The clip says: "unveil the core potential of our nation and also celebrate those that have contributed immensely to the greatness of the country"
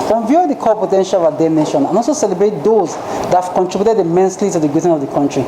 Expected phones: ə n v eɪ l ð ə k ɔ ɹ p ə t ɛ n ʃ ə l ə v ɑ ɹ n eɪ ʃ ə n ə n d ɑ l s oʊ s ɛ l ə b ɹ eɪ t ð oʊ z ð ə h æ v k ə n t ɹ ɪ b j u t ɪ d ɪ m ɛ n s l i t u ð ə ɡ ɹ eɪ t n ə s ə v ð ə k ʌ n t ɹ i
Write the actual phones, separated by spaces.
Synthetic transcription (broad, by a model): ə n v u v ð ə k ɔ p ə t ɛ n ʃ ə l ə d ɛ n eɪ ʃ ə n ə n ɑ l s oʊ s ɛ l ə b ɹ eɪ t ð oʊ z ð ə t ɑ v k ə n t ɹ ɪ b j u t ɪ d ɪ m ɛ n s l i t u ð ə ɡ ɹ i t ə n ə v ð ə k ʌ n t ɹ i